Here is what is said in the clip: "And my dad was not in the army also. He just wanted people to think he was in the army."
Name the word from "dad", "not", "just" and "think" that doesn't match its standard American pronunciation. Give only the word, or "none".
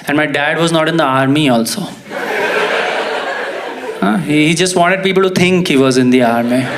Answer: think